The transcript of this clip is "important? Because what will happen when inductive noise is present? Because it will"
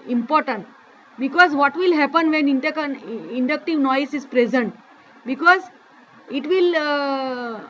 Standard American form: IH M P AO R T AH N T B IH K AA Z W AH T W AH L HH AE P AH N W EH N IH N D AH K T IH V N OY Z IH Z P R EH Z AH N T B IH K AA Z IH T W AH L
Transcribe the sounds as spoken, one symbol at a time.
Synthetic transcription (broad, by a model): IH M P AO R T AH N T B IH K AA Z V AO T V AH L HH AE P AH N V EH N IH N D AH K T IH V N OY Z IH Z P R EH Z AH N T B IH K AA Z IH T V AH L